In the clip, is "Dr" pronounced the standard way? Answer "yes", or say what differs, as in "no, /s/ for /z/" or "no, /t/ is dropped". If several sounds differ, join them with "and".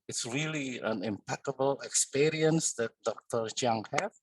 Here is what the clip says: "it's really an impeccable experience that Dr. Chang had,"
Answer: yes